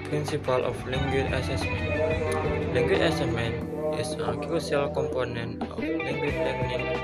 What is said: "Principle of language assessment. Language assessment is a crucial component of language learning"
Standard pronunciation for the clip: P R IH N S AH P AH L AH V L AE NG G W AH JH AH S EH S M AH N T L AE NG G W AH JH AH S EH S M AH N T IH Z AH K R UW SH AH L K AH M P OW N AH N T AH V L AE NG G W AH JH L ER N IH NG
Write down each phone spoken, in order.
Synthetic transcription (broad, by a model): P R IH N S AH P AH L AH F L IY NG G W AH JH AH S EH S M AH N T L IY NG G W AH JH AH S EH S M AH N T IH S AH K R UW S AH L K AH M P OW N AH N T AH F L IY NG G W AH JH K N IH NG